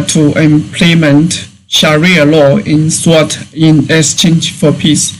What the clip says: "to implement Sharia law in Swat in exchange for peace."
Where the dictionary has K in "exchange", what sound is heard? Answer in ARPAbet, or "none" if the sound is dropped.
none